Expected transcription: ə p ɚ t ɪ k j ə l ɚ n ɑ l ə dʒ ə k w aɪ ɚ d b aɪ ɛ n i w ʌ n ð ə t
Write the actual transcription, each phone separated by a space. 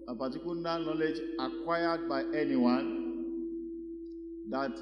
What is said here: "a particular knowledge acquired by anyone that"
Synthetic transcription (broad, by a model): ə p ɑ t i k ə n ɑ n ɑ l ə dʒ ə k w aɪ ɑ d b aɪ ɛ n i w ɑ n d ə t